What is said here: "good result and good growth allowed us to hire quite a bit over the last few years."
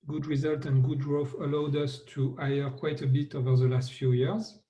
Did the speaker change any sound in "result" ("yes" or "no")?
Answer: no